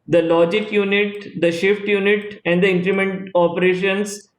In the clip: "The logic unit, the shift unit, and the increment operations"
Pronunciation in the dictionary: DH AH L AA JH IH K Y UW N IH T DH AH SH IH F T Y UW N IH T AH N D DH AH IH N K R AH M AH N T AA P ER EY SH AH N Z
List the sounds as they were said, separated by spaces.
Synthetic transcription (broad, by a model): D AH L AA JH IH K Y UW N IH T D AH SH IH F T Y UW N IH T AH N D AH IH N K R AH M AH N T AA P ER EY SH AH N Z